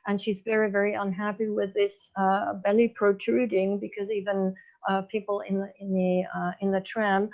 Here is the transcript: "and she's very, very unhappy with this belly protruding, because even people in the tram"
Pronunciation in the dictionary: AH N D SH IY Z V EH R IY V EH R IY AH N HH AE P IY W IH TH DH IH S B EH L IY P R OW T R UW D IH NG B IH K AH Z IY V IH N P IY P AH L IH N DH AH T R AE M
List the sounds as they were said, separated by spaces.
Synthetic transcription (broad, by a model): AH N SH IY Z V EH R IY V EH R IY AH N HH AE P IY W IH DH IH S B EH L IY P R OW T R UW D IH NG B IH K AH Z IY V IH N P IY P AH N IH N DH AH T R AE M